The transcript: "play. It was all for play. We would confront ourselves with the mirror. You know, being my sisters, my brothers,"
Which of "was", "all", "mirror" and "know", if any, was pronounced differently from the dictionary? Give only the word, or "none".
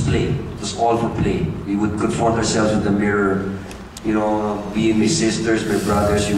was